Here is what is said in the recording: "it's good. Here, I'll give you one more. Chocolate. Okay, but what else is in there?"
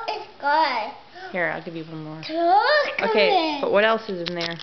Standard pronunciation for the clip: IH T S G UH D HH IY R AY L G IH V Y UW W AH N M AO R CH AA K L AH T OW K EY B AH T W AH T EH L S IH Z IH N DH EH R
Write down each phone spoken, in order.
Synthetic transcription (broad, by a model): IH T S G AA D HH IY R AY L G IH V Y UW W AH M AO R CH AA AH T OW K EY B AH T W AH T EH L S IH Z IH N DH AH R